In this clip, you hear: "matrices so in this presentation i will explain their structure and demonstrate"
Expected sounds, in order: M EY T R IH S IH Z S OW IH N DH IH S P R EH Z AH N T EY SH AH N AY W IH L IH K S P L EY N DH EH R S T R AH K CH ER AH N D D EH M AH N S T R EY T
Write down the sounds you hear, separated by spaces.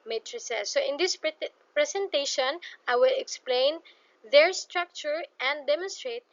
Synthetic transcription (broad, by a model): M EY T R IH S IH S OW IH N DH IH S P R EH S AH N T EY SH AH N AY W IH L IH K S P L EY N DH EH R S T R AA K CH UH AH N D D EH M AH N S T R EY T